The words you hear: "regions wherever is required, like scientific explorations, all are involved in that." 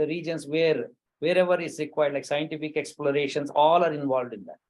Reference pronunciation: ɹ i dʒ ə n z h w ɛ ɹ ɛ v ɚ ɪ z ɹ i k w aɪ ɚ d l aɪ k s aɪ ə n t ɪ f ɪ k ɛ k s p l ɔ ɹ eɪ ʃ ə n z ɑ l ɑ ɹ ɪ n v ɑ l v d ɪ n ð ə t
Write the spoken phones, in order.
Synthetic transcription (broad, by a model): ɹ i dʒ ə n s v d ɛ ɹ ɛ v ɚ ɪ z ɹ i k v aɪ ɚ d l aɪ k s aɪ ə n t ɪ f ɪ k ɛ k s p l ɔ ɹ eɪ ʃ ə n s ɑ l ɑ ɹ ɪ n v ɑ l v d ɪ n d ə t